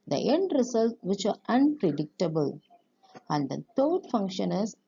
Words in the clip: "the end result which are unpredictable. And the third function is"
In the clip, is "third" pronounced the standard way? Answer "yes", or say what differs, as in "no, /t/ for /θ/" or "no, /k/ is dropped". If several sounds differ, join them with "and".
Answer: no, /t/ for /θ/